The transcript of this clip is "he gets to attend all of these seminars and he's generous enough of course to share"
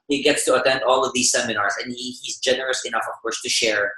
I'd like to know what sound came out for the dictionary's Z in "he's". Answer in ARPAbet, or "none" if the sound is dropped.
Z